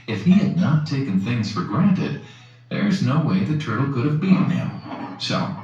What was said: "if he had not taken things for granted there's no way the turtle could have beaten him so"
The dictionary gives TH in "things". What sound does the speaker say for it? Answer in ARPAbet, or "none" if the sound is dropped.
TH